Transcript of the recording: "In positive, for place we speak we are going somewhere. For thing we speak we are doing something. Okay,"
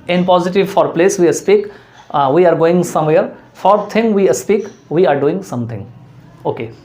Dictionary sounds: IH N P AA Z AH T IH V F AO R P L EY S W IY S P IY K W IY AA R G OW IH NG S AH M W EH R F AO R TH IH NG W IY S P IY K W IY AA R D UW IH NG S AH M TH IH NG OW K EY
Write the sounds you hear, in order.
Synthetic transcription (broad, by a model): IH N P AA Z AH T IH V F AO R P L EY S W IY S P IY K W IY AA R G OW IH NG S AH M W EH R F AO R T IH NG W IY S P IY K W IY AA R D UW IH NG S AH M T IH NG OW K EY